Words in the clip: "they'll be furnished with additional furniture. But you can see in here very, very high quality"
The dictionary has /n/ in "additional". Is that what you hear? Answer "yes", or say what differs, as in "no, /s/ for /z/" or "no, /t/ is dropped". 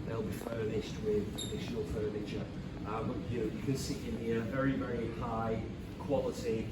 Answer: no, /n/ is dropped